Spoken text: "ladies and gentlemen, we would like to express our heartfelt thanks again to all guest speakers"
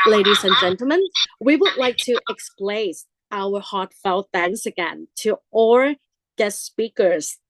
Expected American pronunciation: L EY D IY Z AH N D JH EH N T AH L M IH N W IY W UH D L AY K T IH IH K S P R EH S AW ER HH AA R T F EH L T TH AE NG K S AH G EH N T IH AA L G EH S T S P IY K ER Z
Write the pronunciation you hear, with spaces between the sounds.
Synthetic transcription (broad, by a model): L EY D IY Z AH N JH EH N T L M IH N W IY W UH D L AY K T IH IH K S P L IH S AW ER HH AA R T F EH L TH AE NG S AH G EH N T IH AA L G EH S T S P IY K ER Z